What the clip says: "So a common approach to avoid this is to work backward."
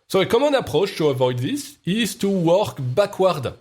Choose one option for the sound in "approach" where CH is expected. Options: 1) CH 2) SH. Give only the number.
2